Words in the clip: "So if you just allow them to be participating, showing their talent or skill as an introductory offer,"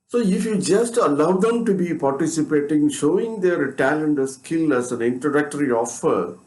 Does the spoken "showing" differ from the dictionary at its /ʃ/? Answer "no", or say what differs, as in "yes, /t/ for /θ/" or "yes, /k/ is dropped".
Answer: no